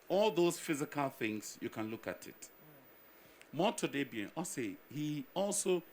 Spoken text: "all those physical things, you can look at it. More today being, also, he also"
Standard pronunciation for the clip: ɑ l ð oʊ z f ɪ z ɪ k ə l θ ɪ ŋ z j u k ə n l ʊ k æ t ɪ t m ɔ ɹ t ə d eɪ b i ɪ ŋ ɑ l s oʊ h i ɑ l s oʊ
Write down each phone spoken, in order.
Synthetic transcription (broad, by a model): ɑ l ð oʊ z f ɪ z ɪ k ə l θ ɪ ŋ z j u k ə n l ʊ k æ t ɪ t m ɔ t ə d eɪ b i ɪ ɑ s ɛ h i ɑ l s oʊ